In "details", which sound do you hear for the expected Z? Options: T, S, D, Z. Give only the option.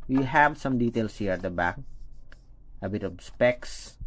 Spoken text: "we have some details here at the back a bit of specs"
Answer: S